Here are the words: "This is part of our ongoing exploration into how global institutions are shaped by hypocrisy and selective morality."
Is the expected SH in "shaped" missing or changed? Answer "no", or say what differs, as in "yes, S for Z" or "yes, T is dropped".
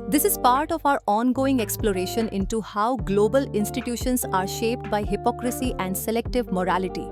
no